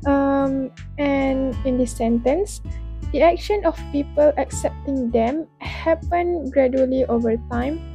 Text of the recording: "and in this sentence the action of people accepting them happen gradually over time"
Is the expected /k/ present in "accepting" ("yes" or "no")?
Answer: yes